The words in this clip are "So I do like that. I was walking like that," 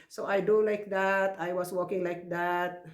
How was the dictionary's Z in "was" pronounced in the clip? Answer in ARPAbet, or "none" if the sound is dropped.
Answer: S